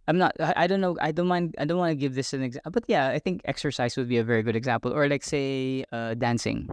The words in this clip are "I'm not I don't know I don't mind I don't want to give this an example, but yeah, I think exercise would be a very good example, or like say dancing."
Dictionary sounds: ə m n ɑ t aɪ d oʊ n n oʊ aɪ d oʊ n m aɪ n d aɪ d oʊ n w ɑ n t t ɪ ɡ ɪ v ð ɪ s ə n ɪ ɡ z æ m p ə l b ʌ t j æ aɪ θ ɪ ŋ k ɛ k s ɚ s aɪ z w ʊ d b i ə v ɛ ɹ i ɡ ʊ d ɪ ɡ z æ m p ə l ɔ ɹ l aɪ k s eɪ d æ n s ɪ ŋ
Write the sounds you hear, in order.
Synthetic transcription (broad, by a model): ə m n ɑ t aɪ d oʊ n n oʊ aɪ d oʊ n m aɪ n d aɪ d oʊ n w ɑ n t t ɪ ɡ ɪ v ð ɪ s ə n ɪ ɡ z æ b ʌ t j æ aɪ θ ɪ ŋ k ɛ k s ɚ s aɪ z w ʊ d b i ə v ɛ ɹ i ɡ ʊ d ɪ ɡ z æ m p ə l ɔ ɹ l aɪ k s eɪ d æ n s ɪ ŋ